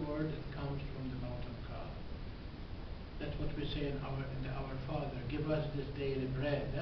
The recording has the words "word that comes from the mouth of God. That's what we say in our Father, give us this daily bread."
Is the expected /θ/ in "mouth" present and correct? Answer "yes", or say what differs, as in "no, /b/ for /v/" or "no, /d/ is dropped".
no, /t/ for /θ/